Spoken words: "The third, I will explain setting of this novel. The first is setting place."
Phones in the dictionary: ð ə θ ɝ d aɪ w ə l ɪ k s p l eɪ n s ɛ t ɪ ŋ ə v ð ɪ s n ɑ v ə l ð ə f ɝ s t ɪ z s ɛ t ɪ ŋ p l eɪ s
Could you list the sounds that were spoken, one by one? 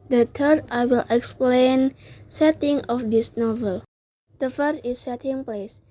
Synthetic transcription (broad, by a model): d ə t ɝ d aɪ w ə l ɪ k s p l eɪ n s ɛ t ɪ ŋ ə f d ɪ s n ɑ v ə l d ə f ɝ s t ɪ s ɛ t ɪ ŋ p l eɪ s